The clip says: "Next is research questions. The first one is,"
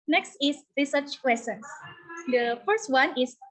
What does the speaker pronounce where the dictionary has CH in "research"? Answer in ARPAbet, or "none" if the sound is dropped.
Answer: CH